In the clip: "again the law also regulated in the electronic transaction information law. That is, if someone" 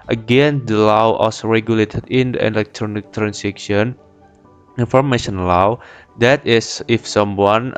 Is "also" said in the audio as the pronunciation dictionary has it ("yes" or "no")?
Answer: no